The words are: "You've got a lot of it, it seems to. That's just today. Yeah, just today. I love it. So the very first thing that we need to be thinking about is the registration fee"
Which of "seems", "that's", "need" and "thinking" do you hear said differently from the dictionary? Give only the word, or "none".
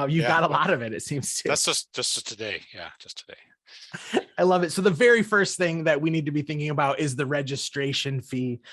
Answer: none